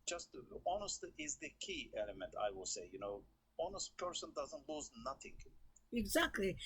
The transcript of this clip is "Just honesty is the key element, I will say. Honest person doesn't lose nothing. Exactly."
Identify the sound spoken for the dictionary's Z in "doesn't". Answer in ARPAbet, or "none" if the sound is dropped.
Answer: Z